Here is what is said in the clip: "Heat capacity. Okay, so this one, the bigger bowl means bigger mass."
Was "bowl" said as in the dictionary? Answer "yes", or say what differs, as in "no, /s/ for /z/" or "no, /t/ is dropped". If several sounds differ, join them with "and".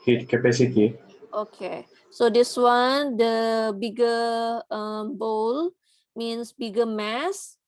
yes